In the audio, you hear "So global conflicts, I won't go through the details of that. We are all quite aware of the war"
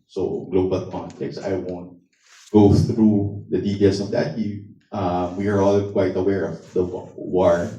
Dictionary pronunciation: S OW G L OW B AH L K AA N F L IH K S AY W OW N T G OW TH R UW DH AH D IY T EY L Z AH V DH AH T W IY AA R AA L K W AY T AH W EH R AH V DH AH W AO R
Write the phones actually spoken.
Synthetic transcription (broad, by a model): S OW G L OW B AH L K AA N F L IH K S AY W OW N T G OW TH R UW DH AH D IY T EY L S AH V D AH T W IY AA R AA L K W AY T AH W EH R AH V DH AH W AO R